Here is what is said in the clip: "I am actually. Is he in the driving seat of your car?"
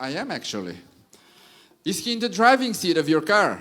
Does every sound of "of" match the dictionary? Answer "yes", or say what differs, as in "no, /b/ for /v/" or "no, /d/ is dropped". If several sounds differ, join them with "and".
yes